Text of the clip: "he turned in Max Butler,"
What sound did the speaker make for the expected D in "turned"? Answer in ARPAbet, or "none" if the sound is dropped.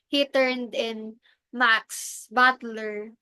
D